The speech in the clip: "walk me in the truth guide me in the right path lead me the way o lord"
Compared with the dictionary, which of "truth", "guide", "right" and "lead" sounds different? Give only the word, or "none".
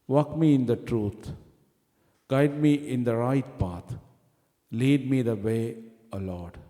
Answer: truth